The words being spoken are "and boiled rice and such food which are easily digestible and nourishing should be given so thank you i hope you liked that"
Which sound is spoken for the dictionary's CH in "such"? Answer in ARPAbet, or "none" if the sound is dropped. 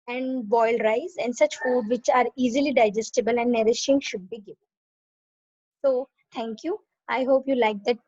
CH